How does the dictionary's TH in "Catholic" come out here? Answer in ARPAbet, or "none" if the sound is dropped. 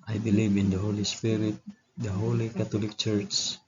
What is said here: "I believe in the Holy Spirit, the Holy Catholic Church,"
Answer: T